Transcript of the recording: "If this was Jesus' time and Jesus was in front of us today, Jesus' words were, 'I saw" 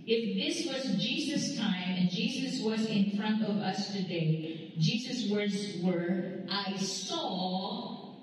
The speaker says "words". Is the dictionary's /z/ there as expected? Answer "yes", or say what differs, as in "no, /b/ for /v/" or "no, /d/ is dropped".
yes